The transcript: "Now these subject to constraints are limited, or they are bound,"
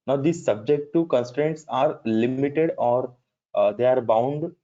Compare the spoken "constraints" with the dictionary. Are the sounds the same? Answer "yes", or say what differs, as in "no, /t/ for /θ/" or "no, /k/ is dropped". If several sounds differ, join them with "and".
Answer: yes